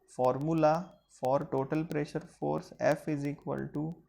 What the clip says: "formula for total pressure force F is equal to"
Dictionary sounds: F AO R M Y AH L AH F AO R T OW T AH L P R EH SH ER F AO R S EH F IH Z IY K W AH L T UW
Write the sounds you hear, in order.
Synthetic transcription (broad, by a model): F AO R M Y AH L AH F AO R T OW T AH L P R EH SH ER F AO R S EH F IH Z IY K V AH L T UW